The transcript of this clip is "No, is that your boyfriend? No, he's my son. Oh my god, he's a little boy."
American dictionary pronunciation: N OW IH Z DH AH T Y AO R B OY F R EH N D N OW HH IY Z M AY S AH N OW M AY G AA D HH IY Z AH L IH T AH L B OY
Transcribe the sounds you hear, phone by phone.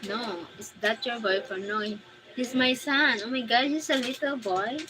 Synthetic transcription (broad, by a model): N OW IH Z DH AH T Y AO R B OY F AO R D N OW HH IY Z M AY S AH N OW M AY G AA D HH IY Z AH L IH T AH L B OY